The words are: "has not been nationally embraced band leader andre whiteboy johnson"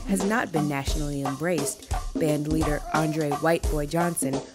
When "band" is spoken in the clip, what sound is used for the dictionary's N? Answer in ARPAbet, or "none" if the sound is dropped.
N